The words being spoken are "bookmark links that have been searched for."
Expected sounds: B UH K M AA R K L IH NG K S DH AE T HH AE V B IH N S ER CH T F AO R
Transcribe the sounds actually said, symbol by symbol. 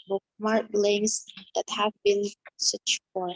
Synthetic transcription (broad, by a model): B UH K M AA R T L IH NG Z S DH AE T HH AE V B IH N S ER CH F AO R